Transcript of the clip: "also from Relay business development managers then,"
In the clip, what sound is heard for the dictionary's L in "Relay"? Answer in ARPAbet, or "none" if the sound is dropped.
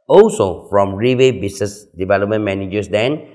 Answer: W